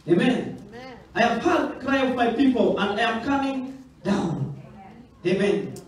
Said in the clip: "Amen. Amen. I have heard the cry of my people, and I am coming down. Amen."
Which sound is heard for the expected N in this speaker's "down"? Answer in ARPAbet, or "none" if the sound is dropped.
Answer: N